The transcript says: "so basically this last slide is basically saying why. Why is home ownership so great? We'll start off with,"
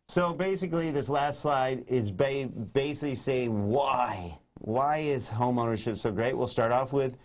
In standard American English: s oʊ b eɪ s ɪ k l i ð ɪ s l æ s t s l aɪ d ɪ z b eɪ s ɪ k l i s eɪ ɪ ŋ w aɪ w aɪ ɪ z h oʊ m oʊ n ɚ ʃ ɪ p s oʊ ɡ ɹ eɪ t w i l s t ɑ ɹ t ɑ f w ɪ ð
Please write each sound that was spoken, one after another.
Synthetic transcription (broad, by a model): s oʊ b eɪ s ɪ k l i ð ɪ s l æ s t s l aɪ d ɪ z b eɪ s ɪ k l i s eɪ ɪ ŋ w aɪ w aɪ ɪ z h oʊ m oʊ n ɚ ʃ ɪ p s oʊ ɡ ɹ eɪ t w i l s t ɑ ɹ t ɑ f w ɪ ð